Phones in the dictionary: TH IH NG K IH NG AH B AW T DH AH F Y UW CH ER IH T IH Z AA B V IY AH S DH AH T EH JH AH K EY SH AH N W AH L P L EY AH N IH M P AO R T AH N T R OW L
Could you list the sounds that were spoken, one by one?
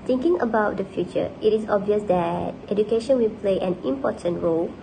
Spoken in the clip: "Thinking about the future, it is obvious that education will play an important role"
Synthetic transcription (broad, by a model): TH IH NG K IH NG AH B AW T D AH F Y UW CH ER IH T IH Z AA B V IY AH S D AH T EH JH AH K EY SH AH N W AH L P L EY AH N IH M P AO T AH N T R OW L